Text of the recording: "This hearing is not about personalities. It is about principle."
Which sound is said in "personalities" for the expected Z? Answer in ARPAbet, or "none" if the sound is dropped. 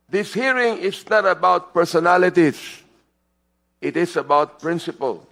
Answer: S